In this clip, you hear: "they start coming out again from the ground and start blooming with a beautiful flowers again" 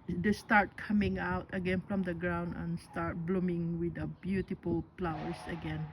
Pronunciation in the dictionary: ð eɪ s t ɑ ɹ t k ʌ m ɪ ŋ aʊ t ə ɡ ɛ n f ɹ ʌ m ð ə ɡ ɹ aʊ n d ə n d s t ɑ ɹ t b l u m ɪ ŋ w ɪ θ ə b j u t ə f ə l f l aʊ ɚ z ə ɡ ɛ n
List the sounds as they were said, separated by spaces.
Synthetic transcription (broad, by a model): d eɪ s t ɑ ɹ t k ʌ m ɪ ŋ aʊ t ə ɡ ɛ n f ɹ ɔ m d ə ɡ ɹ aʊ n d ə n s t ɑ ɹ t b l u m ɪ ŋ w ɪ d ə b j u t ə f ə l p l aʊ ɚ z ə ɡ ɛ n